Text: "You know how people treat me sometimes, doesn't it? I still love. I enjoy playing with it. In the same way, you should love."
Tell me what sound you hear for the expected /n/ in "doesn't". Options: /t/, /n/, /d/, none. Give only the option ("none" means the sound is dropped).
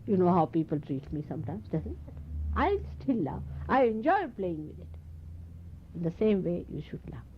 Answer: none